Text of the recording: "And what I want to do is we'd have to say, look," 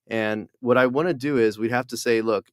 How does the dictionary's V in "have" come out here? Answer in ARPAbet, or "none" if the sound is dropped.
F